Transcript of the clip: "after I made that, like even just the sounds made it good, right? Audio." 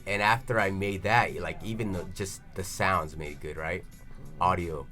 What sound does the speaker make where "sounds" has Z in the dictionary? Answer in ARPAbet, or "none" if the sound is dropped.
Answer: Z